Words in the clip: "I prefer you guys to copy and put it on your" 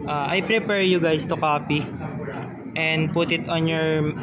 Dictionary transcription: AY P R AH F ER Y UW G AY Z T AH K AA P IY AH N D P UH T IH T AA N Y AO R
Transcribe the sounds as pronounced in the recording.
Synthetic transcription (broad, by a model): AY P R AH P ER Y UW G AY S T AH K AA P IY AH N D P UH T IH T AA N Y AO R